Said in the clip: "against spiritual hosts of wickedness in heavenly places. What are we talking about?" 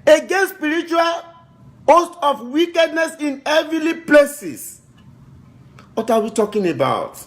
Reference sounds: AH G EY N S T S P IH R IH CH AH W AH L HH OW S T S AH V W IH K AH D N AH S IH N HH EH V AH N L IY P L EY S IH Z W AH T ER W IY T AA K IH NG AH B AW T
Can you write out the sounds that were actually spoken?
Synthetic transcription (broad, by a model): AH G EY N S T S P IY R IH CH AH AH L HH OW S T AH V W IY K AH D N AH S IH N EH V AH L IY P L EY S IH S W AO T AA W IY T AA K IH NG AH B AW T